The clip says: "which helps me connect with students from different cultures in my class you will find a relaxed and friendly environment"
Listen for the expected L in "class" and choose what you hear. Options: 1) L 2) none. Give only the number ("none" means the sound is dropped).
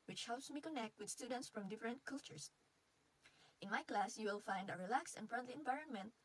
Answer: 1